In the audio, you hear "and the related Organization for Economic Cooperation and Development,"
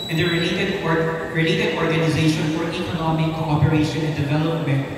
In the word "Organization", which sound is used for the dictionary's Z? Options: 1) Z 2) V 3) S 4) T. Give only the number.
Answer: 1